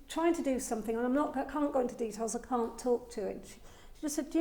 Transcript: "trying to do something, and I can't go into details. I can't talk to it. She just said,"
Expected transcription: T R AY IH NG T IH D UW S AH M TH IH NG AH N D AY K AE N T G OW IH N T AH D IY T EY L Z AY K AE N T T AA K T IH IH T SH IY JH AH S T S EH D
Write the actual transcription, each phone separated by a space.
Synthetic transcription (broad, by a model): T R AY IH NG T IH D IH S AH M TH IH NG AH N AY K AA N G OW IH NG T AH D IY T EY L Z AY K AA N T T AA K T IH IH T SH IY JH AH S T S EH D